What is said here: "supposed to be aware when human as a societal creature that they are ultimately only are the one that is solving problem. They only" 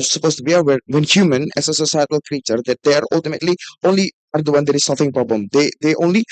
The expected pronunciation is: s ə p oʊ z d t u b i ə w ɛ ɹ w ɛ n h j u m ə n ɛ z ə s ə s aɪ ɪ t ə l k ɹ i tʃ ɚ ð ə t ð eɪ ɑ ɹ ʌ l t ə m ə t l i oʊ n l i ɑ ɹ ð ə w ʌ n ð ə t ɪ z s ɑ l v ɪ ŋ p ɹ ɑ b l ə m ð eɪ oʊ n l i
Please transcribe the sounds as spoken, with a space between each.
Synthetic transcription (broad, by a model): s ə p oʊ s t u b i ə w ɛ w ɛ n h j u m ə n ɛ s ə s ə s aɪ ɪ t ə l k ɹ i tʃ ɚ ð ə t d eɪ ɑ ɹ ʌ l t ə m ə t l i oʊ n l i ɑ ɹ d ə w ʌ n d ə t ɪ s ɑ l f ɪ ŋ p ɹ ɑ b l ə m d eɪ oʊ n l i